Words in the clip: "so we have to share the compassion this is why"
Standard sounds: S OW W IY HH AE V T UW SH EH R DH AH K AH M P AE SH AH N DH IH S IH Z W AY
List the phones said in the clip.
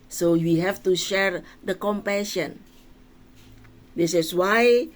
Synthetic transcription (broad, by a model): S OW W IY HH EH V T UW SH EH R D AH K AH M P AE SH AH N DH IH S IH S W AY